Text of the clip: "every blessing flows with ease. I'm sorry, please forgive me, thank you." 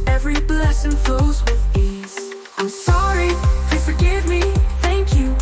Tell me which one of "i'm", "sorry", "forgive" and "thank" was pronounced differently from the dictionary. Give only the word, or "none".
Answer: none